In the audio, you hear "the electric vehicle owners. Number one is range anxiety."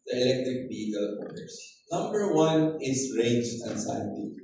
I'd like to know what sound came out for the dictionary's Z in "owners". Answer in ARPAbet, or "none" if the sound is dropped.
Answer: S